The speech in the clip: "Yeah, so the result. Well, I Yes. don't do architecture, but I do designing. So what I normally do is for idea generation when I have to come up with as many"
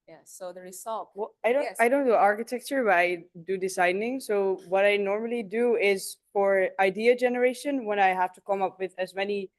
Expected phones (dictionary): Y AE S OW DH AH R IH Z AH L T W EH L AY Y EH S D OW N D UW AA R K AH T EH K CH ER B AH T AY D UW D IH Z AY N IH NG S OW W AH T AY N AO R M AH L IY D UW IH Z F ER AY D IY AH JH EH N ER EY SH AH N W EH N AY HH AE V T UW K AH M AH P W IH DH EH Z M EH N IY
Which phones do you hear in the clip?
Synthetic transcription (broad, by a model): Y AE S OW DH AH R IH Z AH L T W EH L AY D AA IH D OW N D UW AA R K AH T EH K CH ER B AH T AY D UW D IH S AY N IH NG S OW W AH T AY N AO R M AH L IY D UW IH Z F ER AY D IY AH JH EH N ER EY SH AH N W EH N AY HH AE F T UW K AH M AH P W IH DH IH Z M EH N IY